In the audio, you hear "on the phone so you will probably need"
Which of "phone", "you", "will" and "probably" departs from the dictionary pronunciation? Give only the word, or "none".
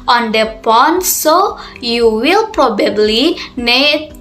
phone